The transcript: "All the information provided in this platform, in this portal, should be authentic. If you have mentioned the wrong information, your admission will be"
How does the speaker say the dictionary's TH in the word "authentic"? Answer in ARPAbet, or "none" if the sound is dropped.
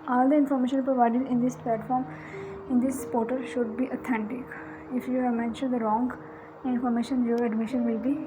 T